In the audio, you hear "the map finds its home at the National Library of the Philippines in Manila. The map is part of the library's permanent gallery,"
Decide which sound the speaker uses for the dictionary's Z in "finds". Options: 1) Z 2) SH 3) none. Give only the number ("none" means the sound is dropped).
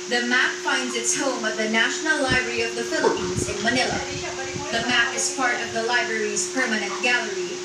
1